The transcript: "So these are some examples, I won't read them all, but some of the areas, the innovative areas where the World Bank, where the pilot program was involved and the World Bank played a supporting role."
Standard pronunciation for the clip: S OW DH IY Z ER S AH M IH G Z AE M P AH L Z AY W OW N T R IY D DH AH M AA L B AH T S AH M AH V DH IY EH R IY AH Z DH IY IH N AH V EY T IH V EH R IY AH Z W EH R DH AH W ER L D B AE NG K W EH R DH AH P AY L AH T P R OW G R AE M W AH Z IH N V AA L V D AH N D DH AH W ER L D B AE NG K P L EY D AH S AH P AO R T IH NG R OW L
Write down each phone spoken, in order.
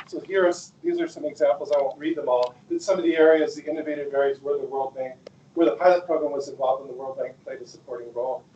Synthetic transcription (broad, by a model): S OW DH IY Z ER S AH M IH G Z AE M P L Z AY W OW N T R IY D DH AH M AA L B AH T S AH M AH V DH IY EH R IY AH Z DH IY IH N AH V EY T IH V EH R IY Z W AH R DH AH W ER L D B AE NG K W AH R DH AH P AY L AH T P R OW G R AE M W AH Z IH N V AA L V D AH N DH AH W ER L D B AE NG K P L EY D AH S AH P AO R T IH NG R OW L